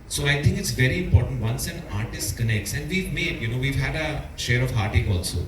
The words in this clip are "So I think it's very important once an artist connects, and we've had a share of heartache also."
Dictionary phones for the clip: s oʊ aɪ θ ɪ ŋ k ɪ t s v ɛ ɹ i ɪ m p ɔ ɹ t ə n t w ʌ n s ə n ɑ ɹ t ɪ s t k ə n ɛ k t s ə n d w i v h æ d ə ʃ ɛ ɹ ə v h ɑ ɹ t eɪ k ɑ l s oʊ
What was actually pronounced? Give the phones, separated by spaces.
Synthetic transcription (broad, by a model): s oʊ aɪ t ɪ ŋ k ɪ t s v ɛ ɹ i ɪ m p ɔ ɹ t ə n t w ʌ n s ə n ɑ ɹ t ɪ s t k ə n ɛ k t s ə n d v i v h æ d ə ʃ ɛ ɹ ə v h ɑ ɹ t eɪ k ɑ l s oʊ